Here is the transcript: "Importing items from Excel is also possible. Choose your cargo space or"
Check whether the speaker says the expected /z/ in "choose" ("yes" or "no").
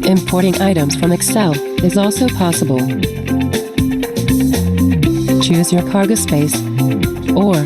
yes